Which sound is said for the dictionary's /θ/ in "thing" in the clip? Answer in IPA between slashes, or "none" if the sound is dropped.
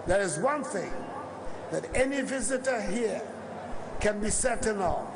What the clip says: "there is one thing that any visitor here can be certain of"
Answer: /θ/